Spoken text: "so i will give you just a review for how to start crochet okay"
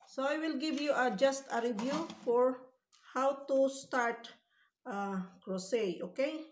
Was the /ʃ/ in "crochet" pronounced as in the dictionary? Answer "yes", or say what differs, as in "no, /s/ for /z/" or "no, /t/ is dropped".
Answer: no, /s/ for /ʃ/